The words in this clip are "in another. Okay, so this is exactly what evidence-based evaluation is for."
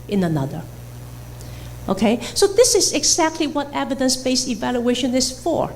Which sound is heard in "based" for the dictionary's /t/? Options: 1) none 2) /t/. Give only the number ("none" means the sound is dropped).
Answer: 1